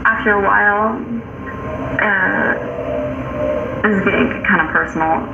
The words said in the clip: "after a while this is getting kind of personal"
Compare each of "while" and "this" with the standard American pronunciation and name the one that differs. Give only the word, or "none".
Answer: this